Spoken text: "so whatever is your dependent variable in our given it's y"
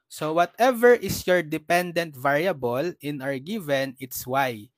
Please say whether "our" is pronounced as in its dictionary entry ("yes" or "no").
yes